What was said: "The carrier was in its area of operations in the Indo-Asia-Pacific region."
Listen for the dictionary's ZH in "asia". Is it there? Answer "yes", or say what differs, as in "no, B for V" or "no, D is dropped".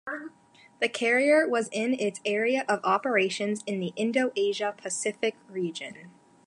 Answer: yes